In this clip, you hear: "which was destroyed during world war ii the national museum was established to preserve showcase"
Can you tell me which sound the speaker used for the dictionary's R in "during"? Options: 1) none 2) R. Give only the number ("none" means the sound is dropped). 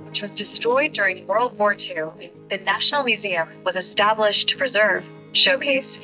2